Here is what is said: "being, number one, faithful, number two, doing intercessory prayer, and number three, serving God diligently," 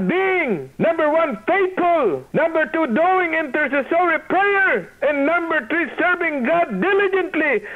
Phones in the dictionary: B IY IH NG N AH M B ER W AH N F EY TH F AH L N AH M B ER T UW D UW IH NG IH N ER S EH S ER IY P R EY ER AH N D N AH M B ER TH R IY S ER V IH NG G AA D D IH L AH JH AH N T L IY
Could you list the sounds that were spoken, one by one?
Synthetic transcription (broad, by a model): B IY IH NG N AH M B ER W AH N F EY T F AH L N AH M B ER T UW D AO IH NG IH N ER S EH S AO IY P R EY ER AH N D N AH M B ER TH R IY S ER V IH NG G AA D D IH L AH JH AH N T L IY